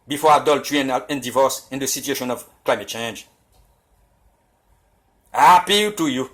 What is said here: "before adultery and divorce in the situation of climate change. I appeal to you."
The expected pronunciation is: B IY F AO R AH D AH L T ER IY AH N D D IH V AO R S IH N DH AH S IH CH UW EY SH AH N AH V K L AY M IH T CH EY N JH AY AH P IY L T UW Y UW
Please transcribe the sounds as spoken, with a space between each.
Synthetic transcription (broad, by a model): B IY F AO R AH D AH L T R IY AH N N D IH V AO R S IH N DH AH S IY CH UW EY SH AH N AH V K L AY M IH T CH EY N JH AY AH P IY L T UW Y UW